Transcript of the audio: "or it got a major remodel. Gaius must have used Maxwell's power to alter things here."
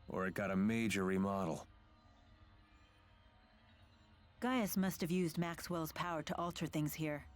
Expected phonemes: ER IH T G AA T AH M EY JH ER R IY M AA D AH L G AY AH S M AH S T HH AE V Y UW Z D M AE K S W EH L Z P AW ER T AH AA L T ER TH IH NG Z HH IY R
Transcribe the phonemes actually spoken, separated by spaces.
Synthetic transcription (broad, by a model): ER IH T G AA T AH M EY JH ER R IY M AA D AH L G AY AH S M AH S T HH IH V Y UW Z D M AE K S W EH L Z P AW ER T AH AA L T ER TH IH NG Z HH IY R